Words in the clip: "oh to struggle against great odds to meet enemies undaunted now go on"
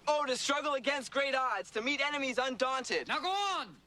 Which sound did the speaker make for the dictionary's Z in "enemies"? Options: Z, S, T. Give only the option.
Z